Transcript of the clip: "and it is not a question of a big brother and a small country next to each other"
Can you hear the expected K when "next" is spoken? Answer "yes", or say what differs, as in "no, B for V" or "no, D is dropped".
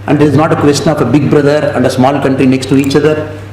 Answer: yes